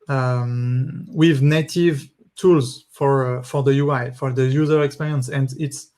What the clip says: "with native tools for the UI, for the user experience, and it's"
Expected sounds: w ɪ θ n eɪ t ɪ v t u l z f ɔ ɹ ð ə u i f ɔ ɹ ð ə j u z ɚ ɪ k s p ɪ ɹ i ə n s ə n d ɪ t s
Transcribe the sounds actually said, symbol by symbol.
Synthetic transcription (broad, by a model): w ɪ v n eɪ t ɪ v t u l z f ɔ ɹ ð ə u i f ɔ ɹ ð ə j u z ɚ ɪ k s p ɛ ɹ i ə n s ə n d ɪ t s